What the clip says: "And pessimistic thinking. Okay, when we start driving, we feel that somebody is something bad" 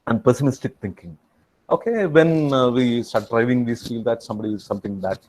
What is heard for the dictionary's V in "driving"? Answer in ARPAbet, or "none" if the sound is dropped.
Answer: V